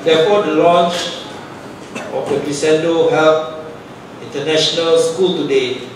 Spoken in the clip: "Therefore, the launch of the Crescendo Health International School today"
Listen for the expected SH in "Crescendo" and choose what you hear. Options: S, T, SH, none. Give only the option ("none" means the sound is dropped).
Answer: S